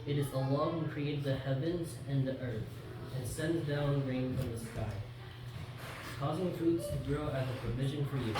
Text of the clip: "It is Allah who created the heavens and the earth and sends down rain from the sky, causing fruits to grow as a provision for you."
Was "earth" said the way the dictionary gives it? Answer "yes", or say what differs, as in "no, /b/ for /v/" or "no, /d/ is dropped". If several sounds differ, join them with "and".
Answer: yes